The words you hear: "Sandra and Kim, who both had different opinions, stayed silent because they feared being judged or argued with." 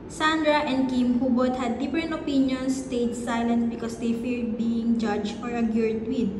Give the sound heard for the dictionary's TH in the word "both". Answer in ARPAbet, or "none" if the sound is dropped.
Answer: T